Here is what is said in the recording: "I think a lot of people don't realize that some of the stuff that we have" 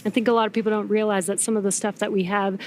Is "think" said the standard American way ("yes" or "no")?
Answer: yes